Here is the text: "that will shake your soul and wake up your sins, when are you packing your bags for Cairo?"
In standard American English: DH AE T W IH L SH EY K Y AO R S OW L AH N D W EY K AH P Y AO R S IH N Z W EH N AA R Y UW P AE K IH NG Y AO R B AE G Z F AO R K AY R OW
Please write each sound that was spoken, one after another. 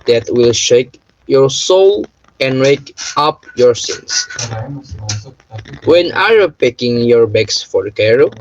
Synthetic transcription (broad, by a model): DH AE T W IH L SH EY K Y AO R S OW L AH N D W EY K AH P Y AO R S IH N S W EH N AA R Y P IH K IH NG Y AO R B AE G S F AO R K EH R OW